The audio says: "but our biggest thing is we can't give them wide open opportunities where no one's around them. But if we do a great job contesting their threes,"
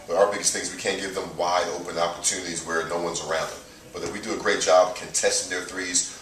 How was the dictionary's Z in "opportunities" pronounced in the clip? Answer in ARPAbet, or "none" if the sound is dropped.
Z